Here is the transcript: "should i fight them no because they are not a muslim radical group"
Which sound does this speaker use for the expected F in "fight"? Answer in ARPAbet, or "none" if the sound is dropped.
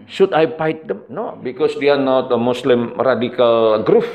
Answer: P